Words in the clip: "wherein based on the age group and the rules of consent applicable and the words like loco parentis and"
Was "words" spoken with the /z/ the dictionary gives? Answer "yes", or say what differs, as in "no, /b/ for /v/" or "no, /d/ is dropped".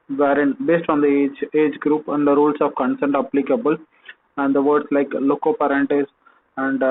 no, /s/ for /z/